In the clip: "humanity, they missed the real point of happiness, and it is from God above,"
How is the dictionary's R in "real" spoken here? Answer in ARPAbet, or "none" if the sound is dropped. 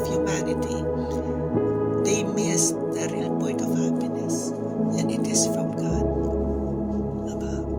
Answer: R